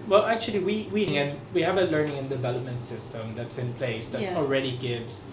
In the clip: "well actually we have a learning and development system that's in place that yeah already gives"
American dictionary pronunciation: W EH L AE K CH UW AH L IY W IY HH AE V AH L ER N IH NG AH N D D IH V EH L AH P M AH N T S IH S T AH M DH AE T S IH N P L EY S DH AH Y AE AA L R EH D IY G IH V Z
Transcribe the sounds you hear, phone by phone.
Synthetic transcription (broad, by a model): W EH L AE K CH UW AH W IY W IY HH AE V AH L ER N IH NG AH N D D IH V EH L AH P M AH N T S IH S T AH M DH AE T S IH N P L EY S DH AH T AA L R EH D IY G IH V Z